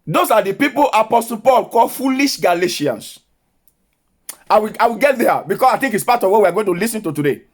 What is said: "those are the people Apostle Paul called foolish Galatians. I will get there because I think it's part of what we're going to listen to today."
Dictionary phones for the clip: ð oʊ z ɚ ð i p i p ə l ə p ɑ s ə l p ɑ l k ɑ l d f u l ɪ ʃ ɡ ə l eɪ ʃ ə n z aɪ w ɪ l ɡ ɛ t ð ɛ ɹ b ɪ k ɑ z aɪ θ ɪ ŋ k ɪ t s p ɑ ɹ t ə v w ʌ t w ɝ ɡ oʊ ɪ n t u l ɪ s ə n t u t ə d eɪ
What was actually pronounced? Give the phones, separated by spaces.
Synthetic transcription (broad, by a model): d oʊ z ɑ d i p i p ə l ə p ɑ s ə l p ɑ l k ɑ l f u l ɪ ʃ ɡ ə l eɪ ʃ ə n s aɪ w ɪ w ɡ ɛ t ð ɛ b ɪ k ɑ s aɪ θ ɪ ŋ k ɪ t s p ɑ t ə v w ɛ w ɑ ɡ oʊ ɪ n t u l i s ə n t u t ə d eɪ